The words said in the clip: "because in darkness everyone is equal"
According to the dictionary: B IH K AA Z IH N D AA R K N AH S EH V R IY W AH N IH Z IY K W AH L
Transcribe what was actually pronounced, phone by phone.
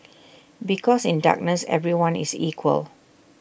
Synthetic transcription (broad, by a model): B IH K AA S IH N D AA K N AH S EH V R IY W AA N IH S IY K W AH L